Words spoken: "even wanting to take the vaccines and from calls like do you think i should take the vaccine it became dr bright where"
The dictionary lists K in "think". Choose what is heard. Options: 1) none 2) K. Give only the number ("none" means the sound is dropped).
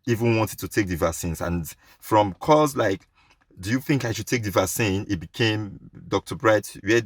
2